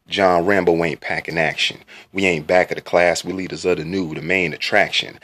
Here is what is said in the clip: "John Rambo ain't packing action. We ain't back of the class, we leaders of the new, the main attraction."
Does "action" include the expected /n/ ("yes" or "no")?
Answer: yes